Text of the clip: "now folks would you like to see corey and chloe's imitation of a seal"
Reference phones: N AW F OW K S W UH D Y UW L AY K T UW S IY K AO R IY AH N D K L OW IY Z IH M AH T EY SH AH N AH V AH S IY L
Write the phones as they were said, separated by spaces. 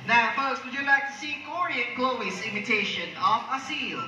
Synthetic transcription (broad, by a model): N AW F OW K S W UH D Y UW L AY K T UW S IY K AO R IY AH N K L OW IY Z IH M AH T EY SH AH N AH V AH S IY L